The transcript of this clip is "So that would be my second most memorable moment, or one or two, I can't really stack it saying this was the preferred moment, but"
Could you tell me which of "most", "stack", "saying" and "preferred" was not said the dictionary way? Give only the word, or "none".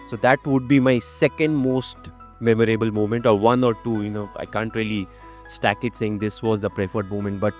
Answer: none